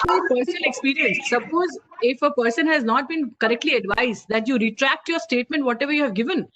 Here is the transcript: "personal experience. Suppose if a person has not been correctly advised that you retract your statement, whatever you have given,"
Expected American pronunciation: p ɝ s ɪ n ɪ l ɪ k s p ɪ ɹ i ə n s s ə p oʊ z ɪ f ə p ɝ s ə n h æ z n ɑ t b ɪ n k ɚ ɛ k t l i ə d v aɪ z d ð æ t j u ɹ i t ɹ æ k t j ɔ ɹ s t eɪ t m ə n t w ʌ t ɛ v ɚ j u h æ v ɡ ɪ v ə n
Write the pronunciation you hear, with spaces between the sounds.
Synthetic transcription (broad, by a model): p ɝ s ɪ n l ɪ k s p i ɹ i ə n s s ə p oʊ z ɪ f ə p ɝ s ə n h æ z n ɑ t b ɪ n k ɚ ɛ k t l i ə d v aɪ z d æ t j u ɹ i t ɹ æ k t j ɔ ɹ s t eɪ t m ə n t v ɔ t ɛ v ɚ j u h æ v ɡ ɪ v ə n